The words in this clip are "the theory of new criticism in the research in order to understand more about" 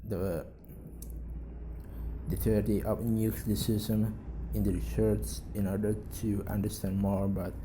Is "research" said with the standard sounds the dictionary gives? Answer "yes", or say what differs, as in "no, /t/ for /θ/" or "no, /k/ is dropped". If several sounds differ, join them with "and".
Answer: no, /s/ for /tʃ/